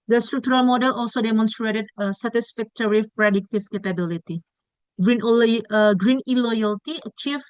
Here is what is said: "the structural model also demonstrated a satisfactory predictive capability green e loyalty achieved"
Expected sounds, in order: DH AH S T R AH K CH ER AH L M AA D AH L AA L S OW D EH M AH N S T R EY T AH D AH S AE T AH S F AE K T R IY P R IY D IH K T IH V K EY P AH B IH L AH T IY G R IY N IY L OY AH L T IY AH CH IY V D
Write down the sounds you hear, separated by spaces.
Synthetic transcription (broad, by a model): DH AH S T R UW K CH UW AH L M AA D AH L AA L S OW D EH M AH N S T R EY T AH D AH S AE T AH S F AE K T R IY P R IY D IH K T IH V K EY P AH B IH L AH T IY G R IY N IY L OY AH L T IY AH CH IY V